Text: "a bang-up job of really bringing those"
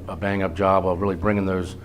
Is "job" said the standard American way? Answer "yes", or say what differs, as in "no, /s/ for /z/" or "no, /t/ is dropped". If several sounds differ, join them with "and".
no, /ʒ/ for /dʒ/